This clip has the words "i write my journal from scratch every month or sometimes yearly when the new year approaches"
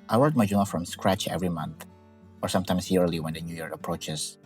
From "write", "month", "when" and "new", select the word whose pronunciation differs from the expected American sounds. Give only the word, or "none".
write